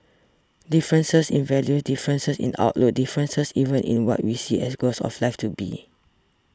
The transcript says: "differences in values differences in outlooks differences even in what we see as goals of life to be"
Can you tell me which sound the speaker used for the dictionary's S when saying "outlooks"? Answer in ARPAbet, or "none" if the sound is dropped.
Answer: none